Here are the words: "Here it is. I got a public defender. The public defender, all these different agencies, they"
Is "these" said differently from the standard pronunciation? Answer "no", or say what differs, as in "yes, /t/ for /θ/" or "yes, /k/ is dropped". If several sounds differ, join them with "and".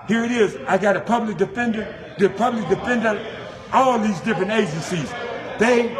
no